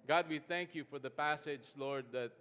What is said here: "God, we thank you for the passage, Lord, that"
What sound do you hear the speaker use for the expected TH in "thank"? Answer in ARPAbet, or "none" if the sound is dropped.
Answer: TH